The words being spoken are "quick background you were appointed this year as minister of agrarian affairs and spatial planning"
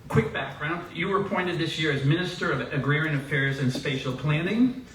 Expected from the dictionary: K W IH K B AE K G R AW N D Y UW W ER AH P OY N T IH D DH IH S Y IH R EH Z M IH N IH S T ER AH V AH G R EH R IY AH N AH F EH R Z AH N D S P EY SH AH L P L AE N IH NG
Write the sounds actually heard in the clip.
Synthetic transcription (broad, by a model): K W IH K B AE K G R AW N D Y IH W ER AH P OY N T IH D DH IH S Y IH R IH Z M IH N IH S T ER AH V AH G R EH R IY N AH F EH R Z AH N S P EY SH L P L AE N IH NG